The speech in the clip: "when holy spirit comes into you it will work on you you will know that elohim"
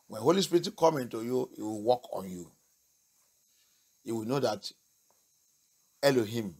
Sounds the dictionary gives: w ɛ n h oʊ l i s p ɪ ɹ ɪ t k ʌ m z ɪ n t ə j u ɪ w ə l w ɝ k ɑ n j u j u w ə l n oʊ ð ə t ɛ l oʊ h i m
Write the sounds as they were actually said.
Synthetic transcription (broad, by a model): w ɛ n h oʊ l i s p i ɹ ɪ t k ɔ m ɪ n t ə j u ɪ w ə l w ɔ k ɑ n j u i w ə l n oʊ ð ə t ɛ l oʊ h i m